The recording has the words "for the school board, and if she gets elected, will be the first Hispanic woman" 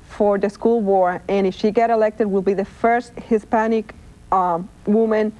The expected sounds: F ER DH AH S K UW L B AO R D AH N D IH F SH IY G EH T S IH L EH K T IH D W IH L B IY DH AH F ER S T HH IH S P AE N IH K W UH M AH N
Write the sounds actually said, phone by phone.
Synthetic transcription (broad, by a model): F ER DH AH S K UW L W AO R AH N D IH F SH IY G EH T IH L EH K T IH D W IH L B IY DH AH F ER S T HH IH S P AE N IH K W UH M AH N